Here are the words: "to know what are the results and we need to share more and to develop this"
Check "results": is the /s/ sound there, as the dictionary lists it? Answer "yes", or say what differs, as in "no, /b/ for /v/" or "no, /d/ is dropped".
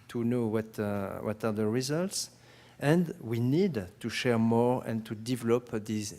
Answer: yes